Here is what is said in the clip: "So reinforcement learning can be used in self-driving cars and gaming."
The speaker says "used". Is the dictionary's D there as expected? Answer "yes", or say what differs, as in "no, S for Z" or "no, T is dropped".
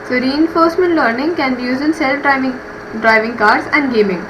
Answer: no, D is dropped